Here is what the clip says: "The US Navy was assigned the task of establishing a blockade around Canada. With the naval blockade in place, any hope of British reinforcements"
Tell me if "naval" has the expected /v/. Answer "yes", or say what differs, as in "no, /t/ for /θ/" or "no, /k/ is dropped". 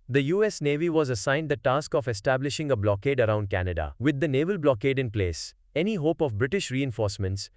yes